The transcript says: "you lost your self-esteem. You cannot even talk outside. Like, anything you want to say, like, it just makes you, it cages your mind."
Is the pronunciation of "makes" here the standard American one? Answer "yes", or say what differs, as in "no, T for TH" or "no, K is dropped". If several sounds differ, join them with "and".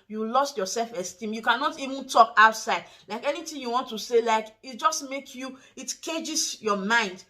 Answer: no, S is dropped